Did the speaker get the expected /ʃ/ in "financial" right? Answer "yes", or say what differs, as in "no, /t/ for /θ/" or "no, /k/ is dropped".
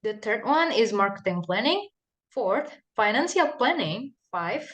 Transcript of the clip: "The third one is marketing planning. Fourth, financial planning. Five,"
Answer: no, /s/ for /ʃ/